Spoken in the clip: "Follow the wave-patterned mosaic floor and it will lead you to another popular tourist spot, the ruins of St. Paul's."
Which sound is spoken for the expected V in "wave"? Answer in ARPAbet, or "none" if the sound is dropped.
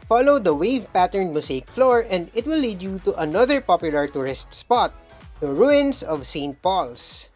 V